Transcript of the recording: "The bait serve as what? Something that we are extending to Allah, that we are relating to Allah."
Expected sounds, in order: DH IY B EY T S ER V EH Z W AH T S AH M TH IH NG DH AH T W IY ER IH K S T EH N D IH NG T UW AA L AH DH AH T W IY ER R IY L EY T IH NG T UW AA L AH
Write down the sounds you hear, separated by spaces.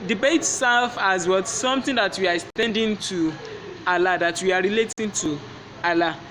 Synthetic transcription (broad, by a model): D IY B EY T S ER F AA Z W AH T S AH M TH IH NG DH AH T W IY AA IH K S T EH N D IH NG T UW AA L AH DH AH T W IY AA R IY L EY T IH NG T UW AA L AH